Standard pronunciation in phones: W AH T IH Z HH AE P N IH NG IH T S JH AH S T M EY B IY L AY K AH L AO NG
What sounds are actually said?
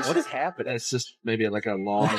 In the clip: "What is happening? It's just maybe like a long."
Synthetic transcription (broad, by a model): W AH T IH Z HH AE P IH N IH T S JH AH S T M EY B IY L AY K AH L AO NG